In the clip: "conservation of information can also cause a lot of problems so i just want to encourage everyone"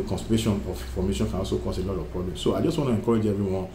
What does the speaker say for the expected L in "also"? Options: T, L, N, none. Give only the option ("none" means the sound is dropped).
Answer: none